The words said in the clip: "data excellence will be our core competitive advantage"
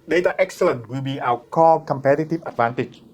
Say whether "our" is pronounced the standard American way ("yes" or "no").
no